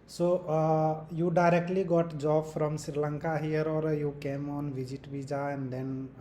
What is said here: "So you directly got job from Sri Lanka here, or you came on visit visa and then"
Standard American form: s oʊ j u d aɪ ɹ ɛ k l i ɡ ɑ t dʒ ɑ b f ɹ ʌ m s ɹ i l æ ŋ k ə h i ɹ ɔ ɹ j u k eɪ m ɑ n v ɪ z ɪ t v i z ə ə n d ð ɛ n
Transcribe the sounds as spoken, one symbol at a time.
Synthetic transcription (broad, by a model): s oʊ j u d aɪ ɹ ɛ k l i ɡ ɑ t dʒ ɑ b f ɹ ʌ m s ɹ i l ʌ ŋ k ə h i ɹ ɔ ɹ j u k eɪ m ɑ n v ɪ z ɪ t b i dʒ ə ə n d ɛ n